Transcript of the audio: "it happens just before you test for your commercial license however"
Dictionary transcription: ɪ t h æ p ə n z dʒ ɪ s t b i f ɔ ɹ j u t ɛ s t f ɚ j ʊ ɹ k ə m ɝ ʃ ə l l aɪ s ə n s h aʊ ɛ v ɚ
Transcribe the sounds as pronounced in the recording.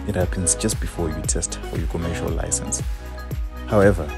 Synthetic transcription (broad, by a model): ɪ t h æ p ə n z dʒ ɪ s t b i f ɔ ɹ j u t ɛ s t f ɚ j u k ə m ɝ ʃ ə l l aɪ s ə n s h aʊ ɛ v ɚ